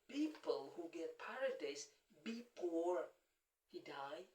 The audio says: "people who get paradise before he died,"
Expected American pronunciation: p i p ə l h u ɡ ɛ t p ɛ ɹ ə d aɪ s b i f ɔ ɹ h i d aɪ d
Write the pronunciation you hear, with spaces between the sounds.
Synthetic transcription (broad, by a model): p i p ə l h u ɡ ɛ t p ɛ ɹ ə d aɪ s b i p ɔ ɹ h i d aɪ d